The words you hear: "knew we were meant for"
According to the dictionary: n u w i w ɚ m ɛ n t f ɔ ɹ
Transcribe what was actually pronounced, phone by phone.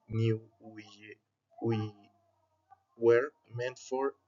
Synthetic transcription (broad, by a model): n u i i w ɚ m ɛ n t f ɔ ɹ